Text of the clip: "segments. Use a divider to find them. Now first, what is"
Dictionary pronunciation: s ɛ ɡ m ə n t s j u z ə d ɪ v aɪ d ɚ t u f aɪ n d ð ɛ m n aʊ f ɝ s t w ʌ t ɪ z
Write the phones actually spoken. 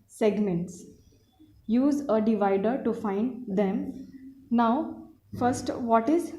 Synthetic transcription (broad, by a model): s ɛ ɡ m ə n t s j u z ə d ɪ v aɪ d ɚ t u f aɪ n d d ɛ m n aʊ f ɝ s t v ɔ t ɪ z